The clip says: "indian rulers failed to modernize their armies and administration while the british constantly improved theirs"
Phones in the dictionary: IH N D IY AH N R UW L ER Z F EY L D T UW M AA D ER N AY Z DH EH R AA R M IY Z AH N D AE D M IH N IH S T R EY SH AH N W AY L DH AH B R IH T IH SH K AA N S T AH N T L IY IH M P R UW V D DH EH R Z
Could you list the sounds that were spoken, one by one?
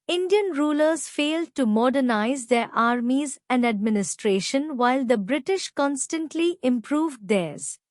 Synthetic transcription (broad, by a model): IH N D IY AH N R UW L ER Z F EY L D T UW M AA D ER N AY Z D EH R AA R M IY Z AH N D AE D M IH N IH S T R EY SH AH N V AY L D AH B R IH T IH SH K AA N S T AH N T L IY IH M P R UW V D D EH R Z